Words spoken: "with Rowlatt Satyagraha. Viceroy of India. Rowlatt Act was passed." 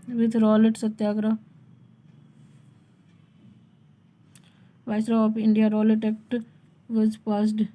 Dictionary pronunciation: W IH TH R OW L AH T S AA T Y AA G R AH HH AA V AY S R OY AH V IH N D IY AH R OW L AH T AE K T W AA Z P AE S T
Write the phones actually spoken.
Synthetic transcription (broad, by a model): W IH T R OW L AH T S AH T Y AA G R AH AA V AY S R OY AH P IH N D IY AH R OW L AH T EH K T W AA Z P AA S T